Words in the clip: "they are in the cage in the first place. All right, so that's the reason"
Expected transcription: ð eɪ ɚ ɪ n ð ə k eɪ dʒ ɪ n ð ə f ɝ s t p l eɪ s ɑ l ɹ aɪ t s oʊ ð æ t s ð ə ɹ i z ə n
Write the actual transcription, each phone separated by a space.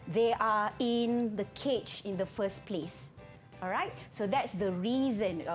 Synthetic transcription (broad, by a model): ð eɪ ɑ ɪ n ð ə k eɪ tʃ ɪ n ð ə f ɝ s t p l eɪ s ɑ l ɹ aɪ t s oʊ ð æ t s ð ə ɹ i z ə n